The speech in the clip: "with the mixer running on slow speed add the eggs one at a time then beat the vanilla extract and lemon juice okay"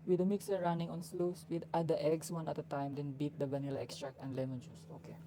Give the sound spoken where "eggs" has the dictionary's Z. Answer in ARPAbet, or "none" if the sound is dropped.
S